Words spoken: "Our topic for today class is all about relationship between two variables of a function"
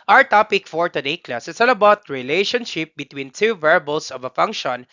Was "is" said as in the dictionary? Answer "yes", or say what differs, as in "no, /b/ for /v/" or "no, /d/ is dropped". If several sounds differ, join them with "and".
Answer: no, /s/ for /z/